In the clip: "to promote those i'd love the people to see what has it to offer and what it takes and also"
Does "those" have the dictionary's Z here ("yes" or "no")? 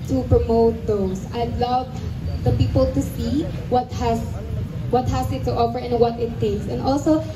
no